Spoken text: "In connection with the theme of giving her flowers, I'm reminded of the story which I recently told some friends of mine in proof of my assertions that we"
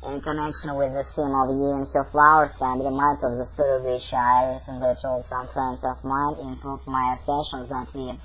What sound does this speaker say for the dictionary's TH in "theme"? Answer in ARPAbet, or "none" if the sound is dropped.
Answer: S